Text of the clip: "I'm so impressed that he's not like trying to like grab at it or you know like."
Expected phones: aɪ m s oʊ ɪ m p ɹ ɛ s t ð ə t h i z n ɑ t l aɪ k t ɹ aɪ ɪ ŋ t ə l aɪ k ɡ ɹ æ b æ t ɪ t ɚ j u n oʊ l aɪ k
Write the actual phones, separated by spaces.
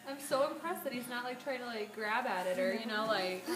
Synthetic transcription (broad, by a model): aɪ m s oʊ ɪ m p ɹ ɛ s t ð ə t h i z n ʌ t l aɪ k t ɹ aɪ ɪ ŋ t ə l aɪ k ɡ ɹ æ b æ t ɪ t ɚ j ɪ n oʊ l aɪ k